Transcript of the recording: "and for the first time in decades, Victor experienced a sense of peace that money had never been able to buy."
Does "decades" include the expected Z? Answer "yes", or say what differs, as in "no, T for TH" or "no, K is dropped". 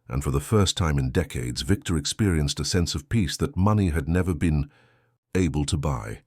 yes